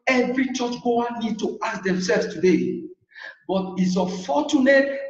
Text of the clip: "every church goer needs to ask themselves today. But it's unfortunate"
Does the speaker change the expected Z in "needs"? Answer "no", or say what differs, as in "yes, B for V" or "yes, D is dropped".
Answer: yes, Z is dropped